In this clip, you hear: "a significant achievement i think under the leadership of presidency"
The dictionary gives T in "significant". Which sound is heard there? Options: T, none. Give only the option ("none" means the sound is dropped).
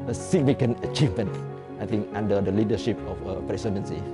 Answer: none